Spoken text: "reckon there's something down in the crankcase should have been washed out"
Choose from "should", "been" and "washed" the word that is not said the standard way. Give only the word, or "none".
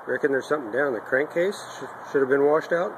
none